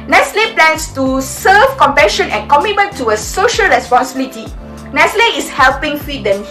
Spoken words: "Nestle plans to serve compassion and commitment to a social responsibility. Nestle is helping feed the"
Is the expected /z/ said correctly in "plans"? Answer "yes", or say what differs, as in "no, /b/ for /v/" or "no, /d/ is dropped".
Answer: no, /s/ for /z/